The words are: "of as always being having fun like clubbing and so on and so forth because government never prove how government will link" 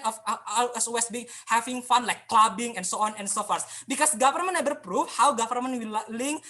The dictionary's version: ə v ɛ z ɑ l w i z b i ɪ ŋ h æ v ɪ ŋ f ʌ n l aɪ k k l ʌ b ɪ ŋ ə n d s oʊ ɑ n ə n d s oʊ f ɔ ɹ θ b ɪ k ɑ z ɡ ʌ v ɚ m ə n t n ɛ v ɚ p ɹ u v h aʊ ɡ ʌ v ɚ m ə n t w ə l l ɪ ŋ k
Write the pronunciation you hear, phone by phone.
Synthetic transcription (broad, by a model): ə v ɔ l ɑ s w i s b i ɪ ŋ h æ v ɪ ŋ f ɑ n l aɪ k k l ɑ b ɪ ŋ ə n s oʊ ɑ n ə n s oʊ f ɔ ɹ s b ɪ k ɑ s ɡ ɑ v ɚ m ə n n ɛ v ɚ p ɹ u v h aʊ ɡ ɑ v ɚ m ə n w ə l l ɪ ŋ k